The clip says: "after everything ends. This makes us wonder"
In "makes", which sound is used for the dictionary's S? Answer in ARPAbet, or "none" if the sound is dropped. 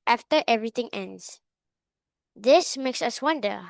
S